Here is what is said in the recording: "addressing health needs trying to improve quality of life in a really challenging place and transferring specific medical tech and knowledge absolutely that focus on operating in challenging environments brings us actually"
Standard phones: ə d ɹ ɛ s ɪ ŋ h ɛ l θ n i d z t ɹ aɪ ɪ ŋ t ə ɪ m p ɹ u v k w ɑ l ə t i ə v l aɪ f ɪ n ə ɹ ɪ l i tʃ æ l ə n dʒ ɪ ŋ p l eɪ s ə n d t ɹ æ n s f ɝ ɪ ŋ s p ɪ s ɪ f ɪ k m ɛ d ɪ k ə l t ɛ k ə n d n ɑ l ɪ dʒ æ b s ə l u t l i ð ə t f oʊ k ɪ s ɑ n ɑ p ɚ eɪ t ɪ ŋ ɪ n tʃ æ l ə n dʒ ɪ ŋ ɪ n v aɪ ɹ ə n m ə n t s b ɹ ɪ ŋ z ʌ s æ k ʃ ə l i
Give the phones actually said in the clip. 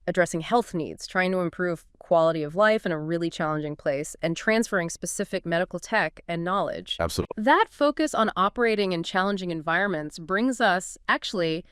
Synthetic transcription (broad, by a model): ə d ɹ ɛ s ɪ ŋ h ɛ l θ n i d z t ɹ aɪ ɪ ŋ t ə ɪ m p ɹ u v k w ɑ l ə t i ə v l aɪ f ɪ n ə ɹ ɪ l i tʃ æ l ə n dʒ ɪ ŋ p l eɪ s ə n t ɹ æ n s f ɝ ɪ ŋ s p ɪ s ɪ f ɪ k m ɛ d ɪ k l t ɛ k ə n n ɑ l ɪ dʒ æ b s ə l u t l ð ə t f oʊ k ɪ s n ɑ p ɚ eɪ t ɪ ŋ ɪ n tʃ æ l ə n dʒ ɪ ŋ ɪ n v aɪ ɹ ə n m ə n t s b ɹ ɪ ŋ z ʌ s æ k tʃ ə l i